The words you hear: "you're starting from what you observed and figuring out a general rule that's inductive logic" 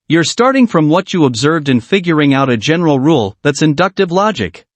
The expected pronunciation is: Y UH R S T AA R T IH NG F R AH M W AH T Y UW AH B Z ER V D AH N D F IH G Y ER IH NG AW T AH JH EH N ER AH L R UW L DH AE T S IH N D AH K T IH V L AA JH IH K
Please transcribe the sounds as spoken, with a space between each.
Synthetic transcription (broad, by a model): Y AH R S T AA R T IH NG F R AH M W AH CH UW AH B Z ER V D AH N F IH G Y ER IH NG AW T AH JH EH N ER L R UW L DH AE T S IH N D AH K T IH V L AA JH IH K